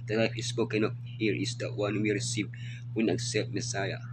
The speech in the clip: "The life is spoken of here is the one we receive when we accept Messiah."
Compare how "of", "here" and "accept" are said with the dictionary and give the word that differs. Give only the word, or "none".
of